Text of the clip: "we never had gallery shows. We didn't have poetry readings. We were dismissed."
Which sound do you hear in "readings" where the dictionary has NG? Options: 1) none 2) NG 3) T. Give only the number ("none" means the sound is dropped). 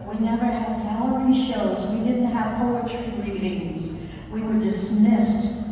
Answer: 2